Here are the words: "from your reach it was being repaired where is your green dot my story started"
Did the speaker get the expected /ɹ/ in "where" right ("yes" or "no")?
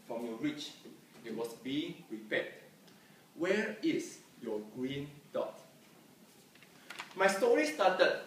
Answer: yes